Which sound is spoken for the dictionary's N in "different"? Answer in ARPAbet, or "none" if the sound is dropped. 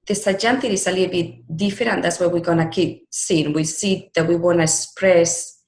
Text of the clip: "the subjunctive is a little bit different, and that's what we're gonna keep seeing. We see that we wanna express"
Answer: none